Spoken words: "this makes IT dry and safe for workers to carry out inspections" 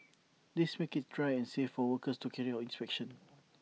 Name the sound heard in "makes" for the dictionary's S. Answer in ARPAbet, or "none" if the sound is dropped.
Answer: none